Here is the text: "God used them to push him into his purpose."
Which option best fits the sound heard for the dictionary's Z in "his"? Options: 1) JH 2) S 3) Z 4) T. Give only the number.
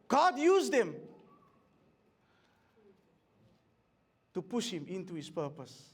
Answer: 2